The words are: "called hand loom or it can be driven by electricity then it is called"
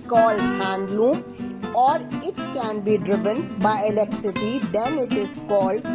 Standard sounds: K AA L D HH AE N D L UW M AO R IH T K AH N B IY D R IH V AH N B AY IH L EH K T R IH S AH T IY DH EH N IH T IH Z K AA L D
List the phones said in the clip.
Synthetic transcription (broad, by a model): K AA L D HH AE N D L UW AO R IH T K AH N B IY D R IH V AH N B AY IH L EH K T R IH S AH T IY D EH N IH T IH Z K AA L D